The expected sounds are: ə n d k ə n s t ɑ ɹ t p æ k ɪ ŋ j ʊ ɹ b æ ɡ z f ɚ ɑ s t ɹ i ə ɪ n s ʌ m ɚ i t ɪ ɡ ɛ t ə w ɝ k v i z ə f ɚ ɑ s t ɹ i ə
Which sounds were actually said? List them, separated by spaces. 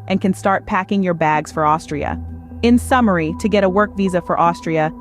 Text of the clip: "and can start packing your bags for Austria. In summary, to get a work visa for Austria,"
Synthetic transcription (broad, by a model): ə n k ə n s t ɑ ɹ t p æ k ɪ ŋ j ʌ ɹ b æ ɡ z f ɚ ɑ s t ɹ i ə ɪ n s ʌ m ɚ i t ɪ ɡ ɛ t ə w ɝ k v i z ə f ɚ ɑ s t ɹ i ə